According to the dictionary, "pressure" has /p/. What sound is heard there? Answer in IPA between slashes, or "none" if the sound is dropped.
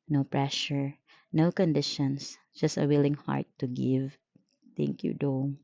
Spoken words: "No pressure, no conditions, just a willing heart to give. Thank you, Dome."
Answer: /p/